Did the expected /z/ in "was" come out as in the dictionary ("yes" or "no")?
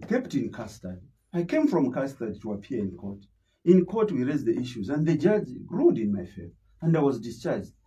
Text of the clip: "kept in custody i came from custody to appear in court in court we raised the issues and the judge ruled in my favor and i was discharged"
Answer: yes